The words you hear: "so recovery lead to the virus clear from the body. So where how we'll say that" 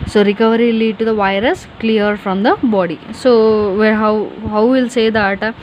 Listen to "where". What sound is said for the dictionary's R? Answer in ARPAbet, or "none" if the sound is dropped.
W